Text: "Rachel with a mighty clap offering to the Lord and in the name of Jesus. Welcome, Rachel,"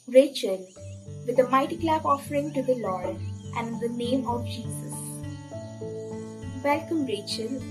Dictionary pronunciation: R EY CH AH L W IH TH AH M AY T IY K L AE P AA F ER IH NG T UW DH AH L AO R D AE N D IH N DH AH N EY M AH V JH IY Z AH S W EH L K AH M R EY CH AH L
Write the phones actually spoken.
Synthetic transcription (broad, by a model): R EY CH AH L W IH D AH M AY T IY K L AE B AA F ER IH NG T UW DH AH L AO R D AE N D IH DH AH N EY M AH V JH IY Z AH S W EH L K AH M R EY CH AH L